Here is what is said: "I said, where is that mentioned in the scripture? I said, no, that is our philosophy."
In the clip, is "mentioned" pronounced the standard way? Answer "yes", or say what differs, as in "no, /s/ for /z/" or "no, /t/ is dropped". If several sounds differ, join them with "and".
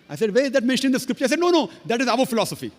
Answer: no, /d/ is dropped